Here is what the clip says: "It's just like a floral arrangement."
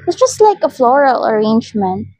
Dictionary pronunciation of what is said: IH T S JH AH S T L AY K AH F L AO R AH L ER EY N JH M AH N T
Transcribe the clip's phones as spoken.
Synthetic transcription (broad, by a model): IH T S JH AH S T L AY K AH F L AO R AH L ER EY N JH M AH N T